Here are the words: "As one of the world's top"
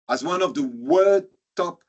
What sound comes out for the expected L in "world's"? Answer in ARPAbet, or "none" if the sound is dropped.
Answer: none